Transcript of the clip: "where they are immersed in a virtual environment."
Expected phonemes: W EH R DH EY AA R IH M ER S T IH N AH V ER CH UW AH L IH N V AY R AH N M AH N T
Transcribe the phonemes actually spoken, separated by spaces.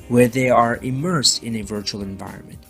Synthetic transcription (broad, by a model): W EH R DH EY AA R IH M ER S T IH N AH V ER CH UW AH L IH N V AY R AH N M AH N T